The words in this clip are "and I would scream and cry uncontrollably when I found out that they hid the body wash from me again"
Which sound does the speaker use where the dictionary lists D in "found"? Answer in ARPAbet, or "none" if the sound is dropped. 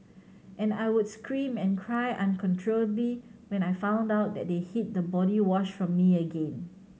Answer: D